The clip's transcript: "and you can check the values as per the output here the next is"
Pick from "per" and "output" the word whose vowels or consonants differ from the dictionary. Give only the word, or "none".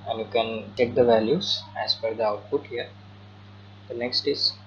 per